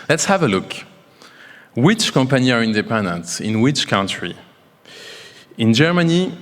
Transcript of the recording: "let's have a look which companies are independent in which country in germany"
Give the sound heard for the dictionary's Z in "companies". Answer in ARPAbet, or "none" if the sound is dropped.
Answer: none